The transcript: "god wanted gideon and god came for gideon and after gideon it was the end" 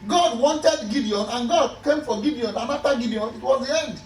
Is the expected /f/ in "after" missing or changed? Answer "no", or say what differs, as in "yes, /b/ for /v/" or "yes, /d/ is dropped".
yes, /f/ is dropped